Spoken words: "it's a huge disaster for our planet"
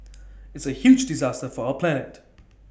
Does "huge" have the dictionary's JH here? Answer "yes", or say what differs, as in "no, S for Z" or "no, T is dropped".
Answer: yes